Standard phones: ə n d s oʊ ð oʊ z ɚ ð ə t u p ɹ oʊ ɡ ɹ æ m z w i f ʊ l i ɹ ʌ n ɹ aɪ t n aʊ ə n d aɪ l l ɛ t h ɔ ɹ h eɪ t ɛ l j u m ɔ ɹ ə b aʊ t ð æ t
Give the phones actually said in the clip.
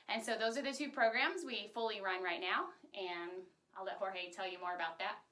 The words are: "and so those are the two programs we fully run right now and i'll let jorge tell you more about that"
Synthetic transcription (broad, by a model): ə n s oʊ ð oʊ z ɚ ð ə t u p ɹ oʊ ɡ ɹ æ m z w i f ʊ l i ɹ ʌ n ɹ aɪ t n aʊ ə n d aɪ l l ɛ t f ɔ ɹ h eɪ t ɛ l j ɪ m ɔ ɹ ə b aʊ t ð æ t